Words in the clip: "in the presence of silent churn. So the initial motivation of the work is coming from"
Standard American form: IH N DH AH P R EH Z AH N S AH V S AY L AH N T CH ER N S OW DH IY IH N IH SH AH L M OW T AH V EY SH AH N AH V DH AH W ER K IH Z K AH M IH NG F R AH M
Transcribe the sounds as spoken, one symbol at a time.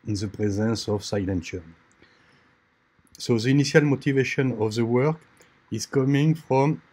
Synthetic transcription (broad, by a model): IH N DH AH P R EH Z AH N S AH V S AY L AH N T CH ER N S OW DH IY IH N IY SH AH L M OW T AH V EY SH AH N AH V DH AH W ER K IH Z K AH M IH NG F R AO M